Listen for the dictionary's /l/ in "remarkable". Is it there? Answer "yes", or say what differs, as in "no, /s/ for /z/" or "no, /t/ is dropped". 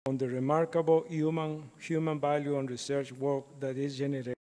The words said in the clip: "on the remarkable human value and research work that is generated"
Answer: no, /n/ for /l/